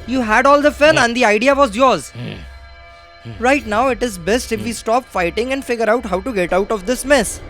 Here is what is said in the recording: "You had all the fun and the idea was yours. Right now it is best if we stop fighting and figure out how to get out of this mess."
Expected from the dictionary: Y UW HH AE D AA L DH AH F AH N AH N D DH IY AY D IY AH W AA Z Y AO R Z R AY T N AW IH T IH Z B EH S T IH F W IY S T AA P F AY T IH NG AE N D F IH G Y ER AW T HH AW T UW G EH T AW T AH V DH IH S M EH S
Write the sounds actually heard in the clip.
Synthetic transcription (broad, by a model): Y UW HH AE D AA L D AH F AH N AH N D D IY AY D IY AH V AA Z Y AO R Z R AY T N AW IH T IH Z B EH S T IH F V IY S T AA P F AY T IH NG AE N D F IH G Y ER AW T HH AW T UW G EH T AW T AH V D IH S M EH S